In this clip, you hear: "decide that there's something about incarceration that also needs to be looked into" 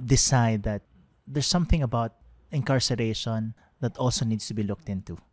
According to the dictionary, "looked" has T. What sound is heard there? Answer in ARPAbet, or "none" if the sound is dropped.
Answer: T